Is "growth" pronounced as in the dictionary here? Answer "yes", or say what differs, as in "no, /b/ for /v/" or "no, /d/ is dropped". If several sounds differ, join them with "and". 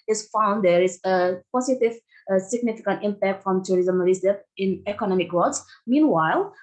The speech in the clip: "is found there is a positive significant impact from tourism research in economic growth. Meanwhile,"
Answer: no, /s/ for /θ/